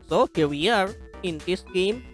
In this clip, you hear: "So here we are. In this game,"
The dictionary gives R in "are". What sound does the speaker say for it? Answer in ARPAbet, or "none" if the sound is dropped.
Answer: R